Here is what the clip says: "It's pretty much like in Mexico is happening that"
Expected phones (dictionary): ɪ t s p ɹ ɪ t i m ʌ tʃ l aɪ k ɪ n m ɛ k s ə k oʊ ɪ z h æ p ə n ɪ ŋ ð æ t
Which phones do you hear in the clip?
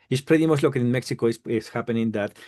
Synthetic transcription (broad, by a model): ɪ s p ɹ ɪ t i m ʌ s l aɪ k ɪ n m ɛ k s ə k oʊ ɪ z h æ p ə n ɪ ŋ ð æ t